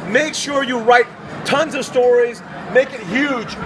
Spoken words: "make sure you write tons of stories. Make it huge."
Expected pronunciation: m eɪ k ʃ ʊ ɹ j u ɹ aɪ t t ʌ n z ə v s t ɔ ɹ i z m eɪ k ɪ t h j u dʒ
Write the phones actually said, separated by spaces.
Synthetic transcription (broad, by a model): m eɪ k ʃ ʊ ɹ j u ɹ aɪ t t ʌ n z ə v s t ɔ ɹ i z m eɪ k ɪ t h j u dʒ